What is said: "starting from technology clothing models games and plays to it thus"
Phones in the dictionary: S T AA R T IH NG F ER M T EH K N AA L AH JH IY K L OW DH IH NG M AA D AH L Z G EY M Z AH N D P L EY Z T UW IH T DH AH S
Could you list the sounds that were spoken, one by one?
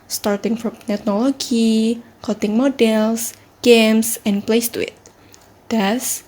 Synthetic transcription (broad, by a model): S T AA R T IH NG F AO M T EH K N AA L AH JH IY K OW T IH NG M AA D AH L S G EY M S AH N P L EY S T UW IH T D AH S